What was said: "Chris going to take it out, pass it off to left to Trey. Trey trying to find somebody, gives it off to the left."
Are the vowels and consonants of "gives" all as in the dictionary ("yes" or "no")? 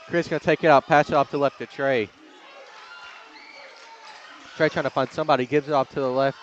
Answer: yes